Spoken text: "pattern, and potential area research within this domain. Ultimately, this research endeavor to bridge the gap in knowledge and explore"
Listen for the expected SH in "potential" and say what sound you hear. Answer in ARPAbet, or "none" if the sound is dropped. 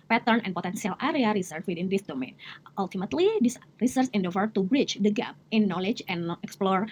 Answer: S